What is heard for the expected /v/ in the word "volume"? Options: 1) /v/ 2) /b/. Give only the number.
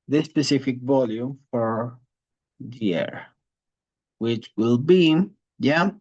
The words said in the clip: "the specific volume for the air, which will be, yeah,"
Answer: 1